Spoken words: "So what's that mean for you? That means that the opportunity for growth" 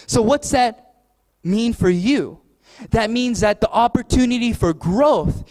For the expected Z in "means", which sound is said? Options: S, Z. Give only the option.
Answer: Z